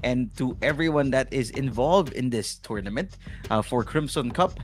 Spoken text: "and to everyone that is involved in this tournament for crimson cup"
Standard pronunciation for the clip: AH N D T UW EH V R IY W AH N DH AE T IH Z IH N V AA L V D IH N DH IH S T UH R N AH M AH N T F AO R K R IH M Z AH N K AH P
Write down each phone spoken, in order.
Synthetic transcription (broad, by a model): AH N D T UW EH V R IY W AH N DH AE T IH Z IH N V AA L V D IH N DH IH S T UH R N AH M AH N T F AO R K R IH M S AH N K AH P